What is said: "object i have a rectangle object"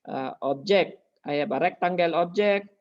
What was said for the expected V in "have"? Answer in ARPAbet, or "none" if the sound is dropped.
B